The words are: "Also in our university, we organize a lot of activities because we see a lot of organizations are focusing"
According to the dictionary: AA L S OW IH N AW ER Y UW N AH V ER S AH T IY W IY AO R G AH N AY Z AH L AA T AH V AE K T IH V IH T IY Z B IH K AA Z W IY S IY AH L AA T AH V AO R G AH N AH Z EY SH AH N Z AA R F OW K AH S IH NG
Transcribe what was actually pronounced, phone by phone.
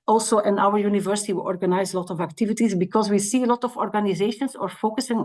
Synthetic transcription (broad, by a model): AA L S OW IH N AW ER Y UW N AH V ER S AH T IY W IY AO R G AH N AY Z AH L AA T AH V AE K T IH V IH T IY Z B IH K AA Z W IY S IY AH L AA T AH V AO R G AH N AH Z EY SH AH N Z AA R F OW K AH S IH NG